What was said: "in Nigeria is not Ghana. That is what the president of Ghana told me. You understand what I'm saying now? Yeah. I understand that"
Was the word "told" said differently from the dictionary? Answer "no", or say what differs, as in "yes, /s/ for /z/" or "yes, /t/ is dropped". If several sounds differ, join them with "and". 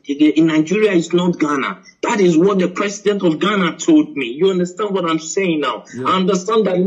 no